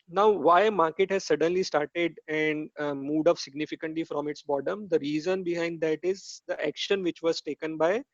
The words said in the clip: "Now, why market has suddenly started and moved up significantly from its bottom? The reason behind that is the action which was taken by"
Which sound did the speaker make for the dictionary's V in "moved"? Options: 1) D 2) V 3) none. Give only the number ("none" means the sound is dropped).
3